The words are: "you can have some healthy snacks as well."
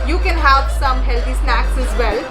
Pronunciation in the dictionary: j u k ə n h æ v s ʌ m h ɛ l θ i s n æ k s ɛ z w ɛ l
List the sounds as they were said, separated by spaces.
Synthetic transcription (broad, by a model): j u k ə n h æ v s ʌ m h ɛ l t i s n æ k s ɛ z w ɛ l